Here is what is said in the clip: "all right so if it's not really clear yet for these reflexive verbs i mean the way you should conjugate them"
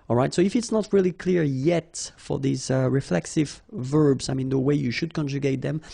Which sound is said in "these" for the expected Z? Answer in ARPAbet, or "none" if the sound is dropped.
Z